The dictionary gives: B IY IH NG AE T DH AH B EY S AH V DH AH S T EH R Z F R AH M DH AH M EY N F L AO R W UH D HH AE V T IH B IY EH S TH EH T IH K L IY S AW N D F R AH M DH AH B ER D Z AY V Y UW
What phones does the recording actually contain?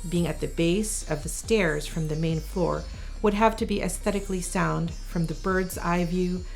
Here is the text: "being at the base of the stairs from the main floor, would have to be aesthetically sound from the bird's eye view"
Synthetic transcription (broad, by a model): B IY IH NG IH T DH AH B EY S AH V DH AH S T EH R Z F R AH M DH AH M EY N F L AO R W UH D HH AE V T IH B IY EH S TH EH T IH K L IY S AW N D F R AH M DH AH B ER D Z AY V Y UW